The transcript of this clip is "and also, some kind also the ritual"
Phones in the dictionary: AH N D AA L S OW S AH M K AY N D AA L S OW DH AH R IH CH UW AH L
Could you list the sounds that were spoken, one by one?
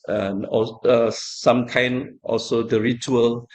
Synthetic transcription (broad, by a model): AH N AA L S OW S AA M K AY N AA L S OW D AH R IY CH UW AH L